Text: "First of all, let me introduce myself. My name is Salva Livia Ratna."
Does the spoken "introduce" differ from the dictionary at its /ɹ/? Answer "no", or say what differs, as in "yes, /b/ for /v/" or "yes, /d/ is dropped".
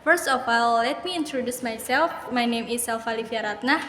no